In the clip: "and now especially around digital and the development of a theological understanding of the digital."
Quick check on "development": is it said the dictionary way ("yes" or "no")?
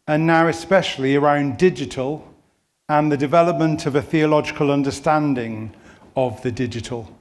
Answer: yes